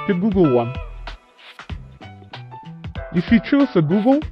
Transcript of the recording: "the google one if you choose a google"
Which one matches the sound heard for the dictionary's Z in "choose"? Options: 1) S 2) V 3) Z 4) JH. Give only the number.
1